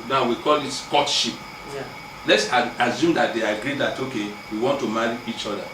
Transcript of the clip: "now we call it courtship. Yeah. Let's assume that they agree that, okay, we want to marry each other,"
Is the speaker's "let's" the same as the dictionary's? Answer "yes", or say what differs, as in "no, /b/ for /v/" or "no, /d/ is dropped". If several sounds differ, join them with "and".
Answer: yes